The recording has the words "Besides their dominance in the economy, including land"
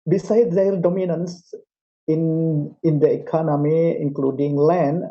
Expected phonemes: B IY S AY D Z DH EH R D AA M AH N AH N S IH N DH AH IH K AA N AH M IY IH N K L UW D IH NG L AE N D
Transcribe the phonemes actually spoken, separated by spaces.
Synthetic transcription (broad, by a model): B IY S AY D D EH L D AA M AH N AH N S IH N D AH IH K AA N AH M IY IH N K L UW D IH NG L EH N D